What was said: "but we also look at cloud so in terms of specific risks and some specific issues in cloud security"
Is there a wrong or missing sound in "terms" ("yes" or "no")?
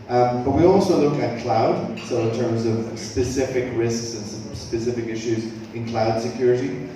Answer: no